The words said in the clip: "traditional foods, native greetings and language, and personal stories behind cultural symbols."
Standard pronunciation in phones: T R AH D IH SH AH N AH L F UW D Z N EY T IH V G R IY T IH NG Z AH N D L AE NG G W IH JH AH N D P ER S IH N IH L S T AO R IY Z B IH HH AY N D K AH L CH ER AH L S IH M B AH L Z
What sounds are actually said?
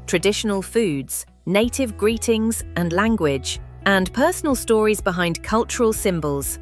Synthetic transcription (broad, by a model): T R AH D IH SH AH N AH L F UW D Z N EY T IH V G R IY T IH NG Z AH N L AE NG G W IH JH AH N P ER S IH N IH L S T AO R IY Z B IH HH AY N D K AH L CH ER AH L S IH M B AH L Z